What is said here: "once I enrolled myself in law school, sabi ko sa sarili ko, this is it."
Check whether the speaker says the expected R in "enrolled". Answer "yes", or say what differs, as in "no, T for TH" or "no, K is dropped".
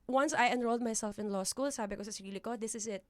yes